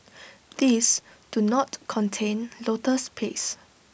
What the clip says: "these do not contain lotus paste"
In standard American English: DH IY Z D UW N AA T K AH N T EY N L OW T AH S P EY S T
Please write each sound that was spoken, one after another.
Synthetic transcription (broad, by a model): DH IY S D UW N AA T K AH N T EY N L OW T AH S P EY S